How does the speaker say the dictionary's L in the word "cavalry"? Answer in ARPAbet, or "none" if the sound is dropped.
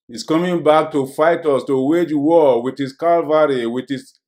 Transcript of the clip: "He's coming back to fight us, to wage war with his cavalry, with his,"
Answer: none